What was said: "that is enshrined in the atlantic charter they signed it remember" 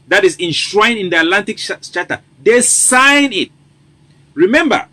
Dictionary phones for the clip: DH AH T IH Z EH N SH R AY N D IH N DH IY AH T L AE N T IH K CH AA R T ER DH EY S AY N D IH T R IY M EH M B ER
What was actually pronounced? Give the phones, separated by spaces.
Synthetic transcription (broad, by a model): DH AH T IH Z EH N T R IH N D IH N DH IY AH T L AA N T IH K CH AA T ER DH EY S AY N IH T R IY M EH M B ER